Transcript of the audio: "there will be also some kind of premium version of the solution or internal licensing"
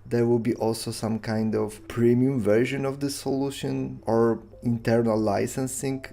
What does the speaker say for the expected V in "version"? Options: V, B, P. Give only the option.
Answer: V